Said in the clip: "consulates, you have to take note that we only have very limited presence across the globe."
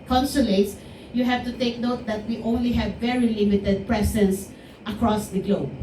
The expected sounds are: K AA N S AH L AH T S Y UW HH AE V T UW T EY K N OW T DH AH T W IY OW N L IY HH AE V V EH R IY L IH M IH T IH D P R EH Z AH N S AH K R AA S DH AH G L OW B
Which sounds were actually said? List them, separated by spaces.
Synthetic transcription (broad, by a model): K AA N S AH L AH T S Y UW HH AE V T UW T EY K N OW T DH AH T W IY OW N L IY HH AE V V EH R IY L IH M IH T IH D P R EH S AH N S AH K R AA S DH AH G L OW B